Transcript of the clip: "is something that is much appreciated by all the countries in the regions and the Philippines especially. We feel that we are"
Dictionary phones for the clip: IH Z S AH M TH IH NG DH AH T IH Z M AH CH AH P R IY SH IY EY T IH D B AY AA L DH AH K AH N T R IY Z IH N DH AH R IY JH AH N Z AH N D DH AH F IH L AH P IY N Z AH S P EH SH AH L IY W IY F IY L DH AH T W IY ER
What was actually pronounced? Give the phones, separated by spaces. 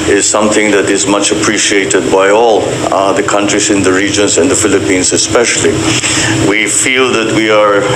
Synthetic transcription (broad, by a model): IH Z S AH M TH IH NG DH AH T IH Z M AH CH AH P R IY SH IY EY T IH D B AY AA L DH AH K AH N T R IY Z IH N DH AH R IY JH AH N Z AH N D DH AH F IH L AH P IY N Z AH S P EH SH AH L IY W IY F IY L DH AH T W IY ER